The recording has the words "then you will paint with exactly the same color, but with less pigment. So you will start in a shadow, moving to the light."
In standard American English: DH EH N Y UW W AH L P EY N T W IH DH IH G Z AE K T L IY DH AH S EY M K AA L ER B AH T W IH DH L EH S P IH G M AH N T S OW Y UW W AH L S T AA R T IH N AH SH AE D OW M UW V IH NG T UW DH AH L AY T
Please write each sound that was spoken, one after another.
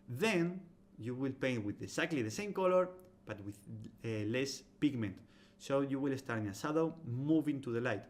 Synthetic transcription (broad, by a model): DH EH N Y UW W AH L P EY N T W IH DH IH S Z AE K T L IY DH AH S EY M K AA L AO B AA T W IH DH L EH S P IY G M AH N T S OW Y UW W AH L S T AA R T IH N AH S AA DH OW M UW V IH NG T UW DH AH L AY T